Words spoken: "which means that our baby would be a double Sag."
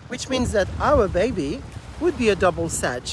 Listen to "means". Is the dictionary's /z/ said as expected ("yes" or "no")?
yes